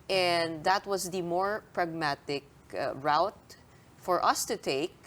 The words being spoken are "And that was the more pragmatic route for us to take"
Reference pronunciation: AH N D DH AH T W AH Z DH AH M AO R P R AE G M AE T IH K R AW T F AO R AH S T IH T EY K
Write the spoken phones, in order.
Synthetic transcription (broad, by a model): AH N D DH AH T W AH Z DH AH M AO R P R AE G M AE T IH K R AW T F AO R AH S T IH T EY K